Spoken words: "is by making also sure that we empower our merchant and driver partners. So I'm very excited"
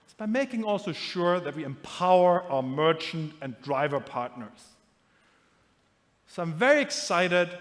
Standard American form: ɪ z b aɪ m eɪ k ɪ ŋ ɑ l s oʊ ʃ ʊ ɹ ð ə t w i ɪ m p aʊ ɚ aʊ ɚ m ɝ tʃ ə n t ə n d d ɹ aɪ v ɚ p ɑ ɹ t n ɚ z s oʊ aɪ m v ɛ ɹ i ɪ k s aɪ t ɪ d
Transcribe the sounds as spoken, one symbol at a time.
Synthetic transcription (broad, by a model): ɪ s b aɪ m eɪ k ɪ ŋ ɑ l s oʊ ʃ ʊ ɹ ð ə t w i ɪ m p aʊ ɚ aʊ ɚ m ɝ tʃ ə n t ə n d d ɹ aɪ v ɚ p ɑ ɹ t n ɚ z s oʊ aɪ m v ɛ ɹ i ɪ k s aɪ t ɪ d